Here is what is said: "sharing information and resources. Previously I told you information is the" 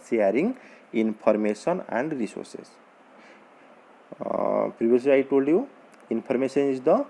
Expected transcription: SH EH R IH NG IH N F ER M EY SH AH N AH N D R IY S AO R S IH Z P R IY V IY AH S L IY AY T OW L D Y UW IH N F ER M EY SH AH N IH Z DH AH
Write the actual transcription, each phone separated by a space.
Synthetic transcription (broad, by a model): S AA R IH NG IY N P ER M EY S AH N AH N D R IY S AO R S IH S P R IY B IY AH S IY AY T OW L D Y UW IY N P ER M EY S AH N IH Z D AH